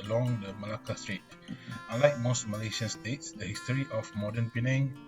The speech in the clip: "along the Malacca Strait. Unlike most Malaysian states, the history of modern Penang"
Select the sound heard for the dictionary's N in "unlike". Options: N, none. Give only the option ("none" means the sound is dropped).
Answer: none